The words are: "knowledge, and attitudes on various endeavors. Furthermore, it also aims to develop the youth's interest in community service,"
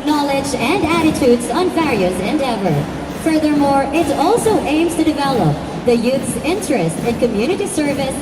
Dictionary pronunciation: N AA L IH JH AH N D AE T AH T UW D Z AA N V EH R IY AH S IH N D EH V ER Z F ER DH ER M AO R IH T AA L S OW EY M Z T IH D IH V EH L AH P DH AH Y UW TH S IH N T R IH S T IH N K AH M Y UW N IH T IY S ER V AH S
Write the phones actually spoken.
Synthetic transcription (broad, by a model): N AA L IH JH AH N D AE T AH T UW D Z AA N V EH R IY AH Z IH N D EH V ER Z F ER DH ER M AO R IH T AA L S OW EY M Z T IH D IH V EH L AH P DH AH Y UW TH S IH N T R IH S T IH N K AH M Y UW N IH T IY S ER V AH S